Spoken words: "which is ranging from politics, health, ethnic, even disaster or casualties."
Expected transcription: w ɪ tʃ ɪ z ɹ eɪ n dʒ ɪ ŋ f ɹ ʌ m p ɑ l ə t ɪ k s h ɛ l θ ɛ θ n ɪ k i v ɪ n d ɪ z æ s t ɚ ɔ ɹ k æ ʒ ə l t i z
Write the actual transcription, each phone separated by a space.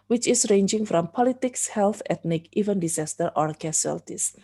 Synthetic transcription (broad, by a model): w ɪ tʃ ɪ s ɹ eɪ n dʒ ɪ ŋ f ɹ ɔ m p ɑ l ə t ɪ k s h ɛ l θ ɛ t n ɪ k i v ɪ n d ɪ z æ s t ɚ ɔ ɹ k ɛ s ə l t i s